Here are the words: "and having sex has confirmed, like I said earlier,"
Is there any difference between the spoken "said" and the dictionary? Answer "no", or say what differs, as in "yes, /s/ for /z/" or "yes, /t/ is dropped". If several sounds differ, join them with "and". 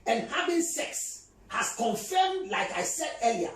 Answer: no